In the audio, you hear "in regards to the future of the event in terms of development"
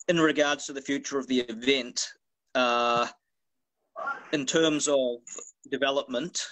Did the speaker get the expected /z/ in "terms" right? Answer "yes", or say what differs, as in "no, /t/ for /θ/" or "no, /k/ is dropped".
yes